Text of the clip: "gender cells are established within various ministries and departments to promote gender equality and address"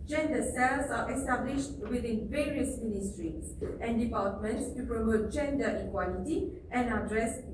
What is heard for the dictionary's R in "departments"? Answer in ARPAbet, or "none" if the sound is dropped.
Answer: L